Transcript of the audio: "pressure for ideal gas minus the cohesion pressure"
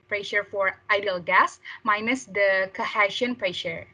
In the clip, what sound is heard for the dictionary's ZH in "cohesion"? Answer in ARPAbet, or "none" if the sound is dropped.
SH